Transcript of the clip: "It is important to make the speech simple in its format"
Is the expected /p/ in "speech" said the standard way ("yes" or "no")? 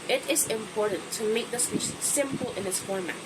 no